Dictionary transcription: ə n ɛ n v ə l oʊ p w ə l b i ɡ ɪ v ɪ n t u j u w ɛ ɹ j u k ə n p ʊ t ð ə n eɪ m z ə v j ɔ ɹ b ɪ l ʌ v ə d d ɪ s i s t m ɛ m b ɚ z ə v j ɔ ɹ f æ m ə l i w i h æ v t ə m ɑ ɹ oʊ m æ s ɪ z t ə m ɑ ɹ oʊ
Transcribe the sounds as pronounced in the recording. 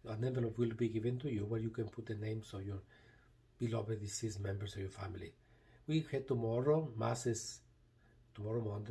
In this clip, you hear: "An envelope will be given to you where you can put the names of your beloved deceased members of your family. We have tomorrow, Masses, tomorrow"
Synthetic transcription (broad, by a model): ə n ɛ v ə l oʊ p w ə l b i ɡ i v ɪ n t u j u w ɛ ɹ j u k ə n p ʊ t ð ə n eɪ m s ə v j ɔ ɹ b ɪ l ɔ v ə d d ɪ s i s m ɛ m b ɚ s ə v j ɔ ɹ f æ m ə l i w i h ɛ t ə m ɑ ɹ oʊ m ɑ s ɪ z t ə m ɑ ɹ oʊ